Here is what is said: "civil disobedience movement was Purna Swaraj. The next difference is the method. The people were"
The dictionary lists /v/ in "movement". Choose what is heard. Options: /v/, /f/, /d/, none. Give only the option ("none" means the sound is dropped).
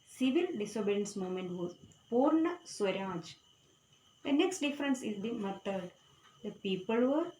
none